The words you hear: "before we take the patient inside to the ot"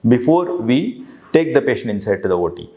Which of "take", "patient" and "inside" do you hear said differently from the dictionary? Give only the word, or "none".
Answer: patient